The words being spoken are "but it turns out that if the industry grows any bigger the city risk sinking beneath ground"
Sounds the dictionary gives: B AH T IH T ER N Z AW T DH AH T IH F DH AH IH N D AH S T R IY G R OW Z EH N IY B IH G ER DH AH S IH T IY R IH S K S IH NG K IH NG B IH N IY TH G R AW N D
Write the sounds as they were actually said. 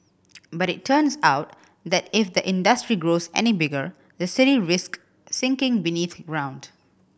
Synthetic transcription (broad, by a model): B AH T IH T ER N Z AW T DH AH T IH F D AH IH N D AH S T R IY G R OW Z EH N IY B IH G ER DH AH S IH T IY R IH S K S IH NG K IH NG B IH N IY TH G R AW N D